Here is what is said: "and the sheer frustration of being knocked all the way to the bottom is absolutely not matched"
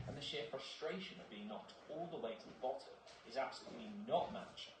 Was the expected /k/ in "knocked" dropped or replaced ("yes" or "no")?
yes